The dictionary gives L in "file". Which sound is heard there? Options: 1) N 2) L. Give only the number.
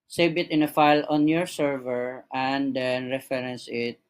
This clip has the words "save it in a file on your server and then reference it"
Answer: 2